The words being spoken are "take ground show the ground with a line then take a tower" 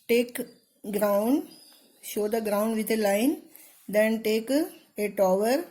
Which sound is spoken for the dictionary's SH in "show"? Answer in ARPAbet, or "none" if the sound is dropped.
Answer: SH